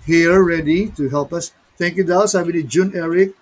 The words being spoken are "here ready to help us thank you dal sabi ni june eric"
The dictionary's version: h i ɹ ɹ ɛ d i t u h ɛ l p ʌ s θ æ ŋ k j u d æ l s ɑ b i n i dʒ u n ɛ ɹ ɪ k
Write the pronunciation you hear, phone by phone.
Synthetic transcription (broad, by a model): h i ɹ ɹ ɛ d i t u h ɛ l p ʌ s t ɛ ŋ k j u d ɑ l s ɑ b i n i dʒ u n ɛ ɹ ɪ k